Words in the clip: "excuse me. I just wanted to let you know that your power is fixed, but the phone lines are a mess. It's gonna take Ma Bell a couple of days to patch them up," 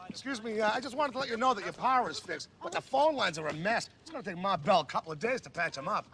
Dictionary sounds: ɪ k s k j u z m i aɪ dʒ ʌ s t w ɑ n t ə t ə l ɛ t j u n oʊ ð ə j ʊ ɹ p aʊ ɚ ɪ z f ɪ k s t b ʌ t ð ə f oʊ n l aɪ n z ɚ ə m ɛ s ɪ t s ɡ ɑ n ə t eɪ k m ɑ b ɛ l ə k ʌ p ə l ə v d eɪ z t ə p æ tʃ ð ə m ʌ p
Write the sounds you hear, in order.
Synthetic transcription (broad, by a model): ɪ k s k j u z m i aɪ dʒ ʌ s t w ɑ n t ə t ə l ɛ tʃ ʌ n oʊ ð ə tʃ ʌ ɹ p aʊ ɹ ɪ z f ɪ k s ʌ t ð ə f oʊ n l aɪ n z ɚ ə m ɛ s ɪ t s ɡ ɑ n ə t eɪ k m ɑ b ɛ l ə k ʌ p l ə v d eɪ z t ə p æ tʃ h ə m ʌ p